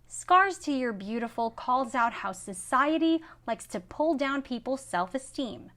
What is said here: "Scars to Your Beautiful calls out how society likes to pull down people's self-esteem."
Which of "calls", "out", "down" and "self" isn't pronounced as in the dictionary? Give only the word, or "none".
none